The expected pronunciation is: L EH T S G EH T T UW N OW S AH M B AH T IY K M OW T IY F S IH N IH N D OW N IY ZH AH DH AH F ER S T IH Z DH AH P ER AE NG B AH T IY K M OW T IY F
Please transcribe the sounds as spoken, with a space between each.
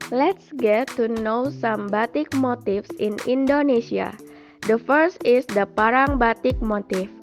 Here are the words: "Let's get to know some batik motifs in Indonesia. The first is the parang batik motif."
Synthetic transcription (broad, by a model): L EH T S G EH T T UW N OW S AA M B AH T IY K M OW T IY F S IH N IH N D OW N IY S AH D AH F ER S T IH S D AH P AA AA NG B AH T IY K M OW T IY F